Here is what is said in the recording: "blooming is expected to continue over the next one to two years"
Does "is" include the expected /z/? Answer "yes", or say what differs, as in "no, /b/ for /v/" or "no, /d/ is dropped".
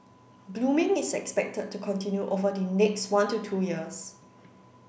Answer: no, /s/ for /z/